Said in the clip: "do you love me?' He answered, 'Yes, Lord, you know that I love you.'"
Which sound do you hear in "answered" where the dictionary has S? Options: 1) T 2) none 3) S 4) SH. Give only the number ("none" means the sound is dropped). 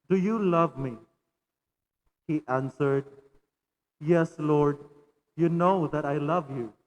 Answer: 3